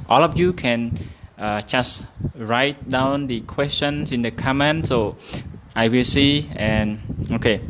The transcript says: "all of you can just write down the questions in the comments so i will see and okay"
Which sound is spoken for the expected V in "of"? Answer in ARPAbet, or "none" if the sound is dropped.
F